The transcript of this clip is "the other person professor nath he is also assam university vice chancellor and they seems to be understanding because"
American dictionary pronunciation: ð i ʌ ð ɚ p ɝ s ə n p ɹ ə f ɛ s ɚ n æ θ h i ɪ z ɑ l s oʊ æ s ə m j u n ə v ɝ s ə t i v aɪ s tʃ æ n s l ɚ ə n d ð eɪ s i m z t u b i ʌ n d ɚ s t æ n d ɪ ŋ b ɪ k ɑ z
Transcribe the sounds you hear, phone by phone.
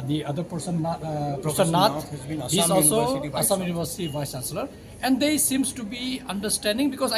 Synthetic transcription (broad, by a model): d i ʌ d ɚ p ɝ s ə n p ə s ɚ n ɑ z h i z ɑ l s oʊ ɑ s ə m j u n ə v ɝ s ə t i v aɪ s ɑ s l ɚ ə n d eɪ s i m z t u b i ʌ n d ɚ s t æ n d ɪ ŋ b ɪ k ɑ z